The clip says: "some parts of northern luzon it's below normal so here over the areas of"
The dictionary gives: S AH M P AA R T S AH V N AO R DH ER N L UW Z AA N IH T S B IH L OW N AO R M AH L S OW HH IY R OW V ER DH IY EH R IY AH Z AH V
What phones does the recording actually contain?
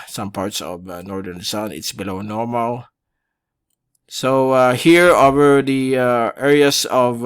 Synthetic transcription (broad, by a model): S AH M P AA R T S AH V N AO R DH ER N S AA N IH T S B IH L OW N AO R M AH L S OW HH IY R OW V ER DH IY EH R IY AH S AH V